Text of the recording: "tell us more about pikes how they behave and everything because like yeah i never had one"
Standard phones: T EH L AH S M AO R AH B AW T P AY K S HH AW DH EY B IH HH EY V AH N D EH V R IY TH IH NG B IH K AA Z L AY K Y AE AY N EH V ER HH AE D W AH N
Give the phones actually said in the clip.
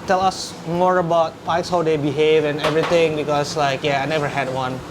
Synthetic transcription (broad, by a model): T EH L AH S M AO R AH B AW T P AY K S HH AW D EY B IH HH EY V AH N EH V R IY T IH NG B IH K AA S L AY K Y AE AY N EH V ER HH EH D W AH N